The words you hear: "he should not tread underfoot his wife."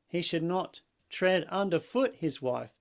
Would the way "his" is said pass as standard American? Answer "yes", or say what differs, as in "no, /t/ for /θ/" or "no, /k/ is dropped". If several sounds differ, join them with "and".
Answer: yes